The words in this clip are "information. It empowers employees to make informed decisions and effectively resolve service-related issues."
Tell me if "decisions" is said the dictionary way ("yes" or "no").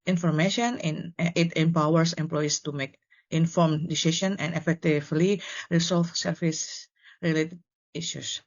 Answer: no